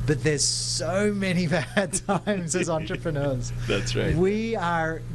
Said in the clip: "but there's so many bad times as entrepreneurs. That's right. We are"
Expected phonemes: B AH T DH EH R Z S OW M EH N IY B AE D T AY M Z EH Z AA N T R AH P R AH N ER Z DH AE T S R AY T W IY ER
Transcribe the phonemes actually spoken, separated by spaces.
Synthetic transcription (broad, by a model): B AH T DH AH R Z S OW M EH N IY B AE D T AY M Z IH Z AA N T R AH P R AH N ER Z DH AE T S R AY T W IY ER